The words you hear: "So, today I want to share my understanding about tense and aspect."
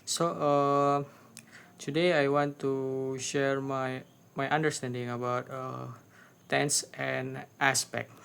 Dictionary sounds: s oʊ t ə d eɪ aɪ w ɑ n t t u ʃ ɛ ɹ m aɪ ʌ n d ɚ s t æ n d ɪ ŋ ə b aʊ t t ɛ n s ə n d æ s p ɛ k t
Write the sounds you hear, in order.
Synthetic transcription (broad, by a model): s oʊ t ə d eɪ aɪ w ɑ n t t u ʃ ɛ ɹ m aɪ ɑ n d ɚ s t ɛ n d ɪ ŋ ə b aʊ t t ɛ n s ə n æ s p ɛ k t